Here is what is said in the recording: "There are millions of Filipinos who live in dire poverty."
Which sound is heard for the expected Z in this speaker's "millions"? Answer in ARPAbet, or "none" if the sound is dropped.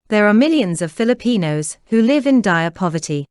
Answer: Z